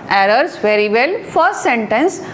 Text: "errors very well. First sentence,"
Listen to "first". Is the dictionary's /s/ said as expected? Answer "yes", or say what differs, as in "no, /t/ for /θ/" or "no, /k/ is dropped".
no, /s/ is dropped